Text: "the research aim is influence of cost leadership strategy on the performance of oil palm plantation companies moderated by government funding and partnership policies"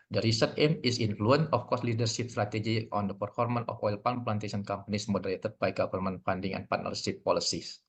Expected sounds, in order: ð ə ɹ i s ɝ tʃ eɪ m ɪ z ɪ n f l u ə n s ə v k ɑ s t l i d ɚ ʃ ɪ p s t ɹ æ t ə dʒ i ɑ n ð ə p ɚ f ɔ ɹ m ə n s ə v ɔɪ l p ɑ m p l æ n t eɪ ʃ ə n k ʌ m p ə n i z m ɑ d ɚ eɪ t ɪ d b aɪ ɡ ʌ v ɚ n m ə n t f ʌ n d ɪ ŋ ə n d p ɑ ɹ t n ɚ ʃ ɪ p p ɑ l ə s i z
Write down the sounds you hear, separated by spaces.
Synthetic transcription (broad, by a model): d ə ɹ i s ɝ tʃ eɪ m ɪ s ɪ n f l u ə n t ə f k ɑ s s l i d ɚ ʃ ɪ p s t ɹ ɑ t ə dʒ i ɑ n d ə p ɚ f ɔ ɹ m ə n ə f ɔɪ l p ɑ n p l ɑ n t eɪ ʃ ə n k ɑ m p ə n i s m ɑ d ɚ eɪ t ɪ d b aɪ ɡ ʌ f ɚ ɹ m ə n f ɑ n d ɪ ŋ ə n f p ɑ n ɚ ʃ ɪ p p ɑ l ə s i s